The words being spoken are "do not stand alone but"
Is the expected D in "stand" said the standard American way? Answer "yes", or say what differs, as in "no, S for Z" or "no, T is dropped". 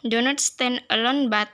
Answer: no, D is dropped